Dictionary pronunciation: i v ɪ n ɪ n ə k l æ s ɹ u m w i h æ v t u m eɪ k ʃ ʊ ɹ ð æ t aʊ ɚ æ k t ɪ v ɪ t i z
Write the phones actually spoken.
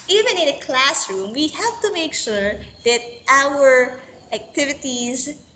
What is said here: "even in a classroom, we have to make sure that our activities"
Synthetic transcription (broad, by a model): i v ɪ n ɪ n ə k l æ s ɹ u m w i h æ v t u m eɪ k ʃ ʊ ɹ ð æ t aʊ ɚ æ k t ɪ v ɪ t i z